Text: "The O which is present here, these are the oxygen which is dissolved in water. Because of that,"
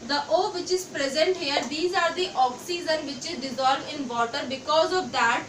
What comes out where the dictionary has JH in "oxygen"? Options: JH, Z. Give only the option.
Z